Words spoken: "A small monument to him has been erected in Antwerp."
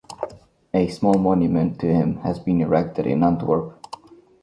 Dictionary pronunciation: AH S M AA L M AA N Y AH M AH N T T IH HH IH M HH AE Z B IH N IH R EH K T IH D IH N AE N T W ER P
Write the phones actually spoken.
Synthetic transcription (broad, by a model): AH S M AA L M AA N Y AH M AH N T T IH HH IH M HH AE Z B IH N IH R EH K T IH D IH N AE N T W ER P